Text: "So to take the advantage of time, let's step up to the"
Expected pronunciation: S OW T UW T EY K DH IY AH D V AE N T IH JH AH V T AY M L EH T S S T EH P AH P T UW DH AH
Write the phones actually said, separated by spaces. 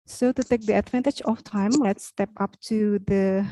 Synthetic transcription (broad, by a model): S OW T UW T EY K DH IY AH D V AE N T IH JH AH F T AY M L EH T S S T EH P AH P T UW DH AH